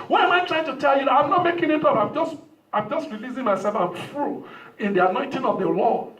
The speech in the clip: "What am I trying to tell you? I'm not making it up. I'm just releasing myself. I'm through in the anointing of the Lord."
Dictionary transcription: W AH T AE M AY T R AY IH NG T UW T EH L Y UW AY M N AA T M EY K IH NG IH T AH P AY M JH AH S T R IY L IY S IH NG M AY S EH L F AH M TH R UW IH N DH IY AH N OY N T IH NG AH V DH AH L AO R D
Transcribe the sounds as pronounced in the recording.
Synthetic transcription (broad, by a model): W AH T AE M AY T R AY IH NG T UW T EH L Y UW AY M N AA T M EY K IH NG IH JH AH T AY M JH AH S T R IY L IY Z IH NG M AY S EH L F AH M F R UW IH N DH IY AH N OY N T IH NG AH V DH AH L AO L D